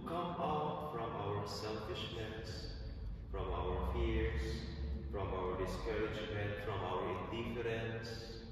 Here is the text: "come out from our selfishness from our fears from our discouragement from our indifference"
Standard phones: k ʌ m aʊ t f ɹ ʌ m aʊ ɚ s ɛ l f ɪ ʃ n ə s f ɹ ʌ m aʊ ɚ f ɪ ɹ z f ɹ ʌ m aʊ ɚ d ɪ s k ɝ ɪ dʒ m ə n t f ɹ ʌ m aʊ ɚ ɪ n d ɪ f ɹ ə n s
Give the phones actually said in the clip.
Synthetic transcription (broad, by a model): k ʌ m aʊ t f ɹ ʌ m aʊ ɚ s ɛ l f ɪ ʃ n ə s f ɹ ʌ m aʊ ɚ f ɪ ɹ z f ɹ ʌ m aʊ ɚ d ɪ s k ɝ ɪ dʒ m ə n t f ɹ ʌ m aʊ ɚ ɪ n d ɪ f ɹ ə n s